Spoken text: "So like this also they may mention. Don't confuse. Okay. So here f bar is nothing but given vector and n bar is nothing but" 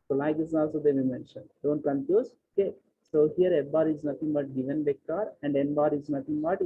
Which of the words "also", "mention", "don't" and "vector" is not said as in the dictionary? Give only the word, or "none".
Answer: vector